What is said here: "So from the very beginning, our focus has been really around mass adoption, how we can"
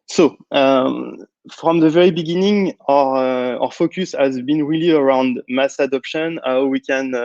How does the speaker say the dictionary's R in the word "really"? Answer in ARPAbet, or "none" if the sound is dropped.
R